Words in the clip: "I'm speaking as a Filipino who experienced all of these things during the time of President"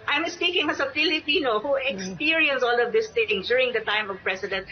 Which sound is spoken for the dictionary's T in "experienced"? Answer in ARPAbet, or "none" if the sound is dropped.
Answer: none